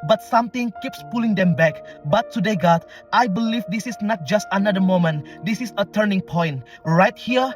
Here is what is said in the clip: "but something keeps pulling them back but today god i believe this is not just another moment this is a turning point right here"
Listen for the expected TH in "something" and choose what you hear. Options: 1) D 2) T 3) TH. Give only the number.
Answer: 2